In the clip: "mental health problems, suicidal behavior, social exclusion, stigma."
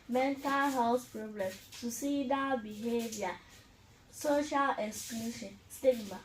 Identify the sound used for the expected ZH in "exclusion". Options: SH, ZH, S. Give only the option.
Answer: SH